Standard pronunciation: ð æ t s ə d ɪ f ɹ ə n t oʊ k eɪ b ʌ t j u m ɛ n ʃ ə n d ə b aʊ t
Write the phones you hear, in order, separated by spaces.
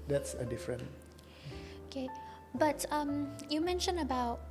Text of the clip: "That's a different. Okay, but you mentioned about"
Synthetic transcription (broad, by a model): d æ t s ə d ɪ f ɹ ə n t oʊ k eɪ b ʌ t j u m ɛ n ʃ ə n ə b aʊ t